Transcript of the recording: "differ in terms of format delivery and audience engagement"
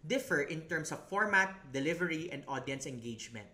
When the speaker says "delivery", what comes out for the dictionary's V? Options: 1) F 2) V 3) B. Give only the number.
2